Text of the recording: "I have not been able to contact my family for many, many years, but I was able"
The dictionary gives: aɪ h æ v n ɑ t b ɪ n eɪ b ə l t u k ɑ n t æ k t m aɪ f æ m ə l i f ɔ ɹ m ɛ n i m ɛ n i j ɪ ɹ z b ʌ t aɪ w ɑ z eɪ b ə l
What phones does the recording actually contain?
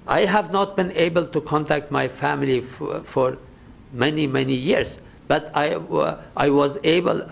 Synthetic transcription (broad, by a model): aɪ h æ v n ɑ t b ɪ n eɪ b ə l t u k ɑ n t æ k t m aɪ f æ m ə l i f ɔ ɹ m ɛ n i m ɛ n i j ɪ ɹ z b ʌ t aɪ w ɑ z eɪ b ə l